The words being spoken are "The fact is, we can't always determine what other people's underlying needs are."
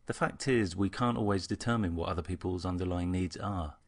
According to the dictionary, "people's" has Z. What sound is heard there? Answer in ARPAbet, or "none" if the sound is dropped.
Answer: Z